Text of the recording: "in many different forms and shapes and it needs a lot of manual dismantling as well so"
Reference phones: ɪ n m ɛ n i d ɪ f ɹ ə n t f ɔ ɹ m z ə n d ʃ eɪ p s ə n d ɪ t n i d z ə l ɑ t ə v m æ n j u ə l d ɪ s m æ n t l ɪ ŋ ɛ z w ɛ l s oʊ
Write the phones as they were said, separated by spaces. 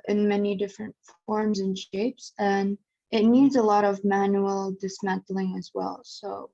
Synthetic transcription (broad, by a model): ɪ n m ɛ n i d ɪ f ɹ ə n t f ɔ ɹ m z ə n ʃ eɪ p s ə n ɪ t n i d z ə l ɑ t ə v m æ n j u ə l d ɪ s m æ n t l ɪ ŋ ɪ z w ɛ l s oʊ